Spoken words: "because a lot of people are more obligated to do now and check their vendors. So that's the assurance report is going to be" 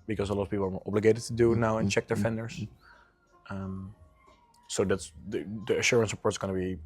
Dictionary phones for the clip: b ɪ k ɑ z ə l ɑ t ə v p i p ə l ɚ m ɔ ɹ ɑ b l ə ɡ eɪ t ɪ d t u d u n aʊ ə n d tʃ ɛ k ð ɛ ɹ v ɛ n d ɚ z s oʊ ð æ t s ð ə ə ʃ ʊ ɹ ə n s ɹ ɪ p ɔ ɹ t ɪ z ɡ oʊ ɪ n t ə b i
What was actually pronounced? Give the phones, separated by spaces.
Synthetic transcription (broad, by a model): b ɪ k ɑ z ə l ɑ t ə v p i p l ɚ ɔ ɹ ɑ b l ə ɡ eɪ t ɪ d t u d u n aʊ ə n tʃ ɛ k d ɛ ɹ f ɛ n d ɚ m s oʊ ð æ t s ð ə ə ʃ ʊ ɹ ə n s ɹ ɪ p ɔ ɹ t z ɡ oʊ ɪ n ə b i